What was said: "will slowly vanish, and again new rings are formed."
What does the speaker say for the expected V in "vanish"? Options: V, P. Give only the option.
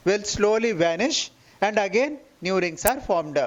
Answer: V